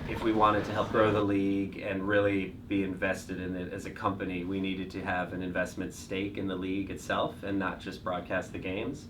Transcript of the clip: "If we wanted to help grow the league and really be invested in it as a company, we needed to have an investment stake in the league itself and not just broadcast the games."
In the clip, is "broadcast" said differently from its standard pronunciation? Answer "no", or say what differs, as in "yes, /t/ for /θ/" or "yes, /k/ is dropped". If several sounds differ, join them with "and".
no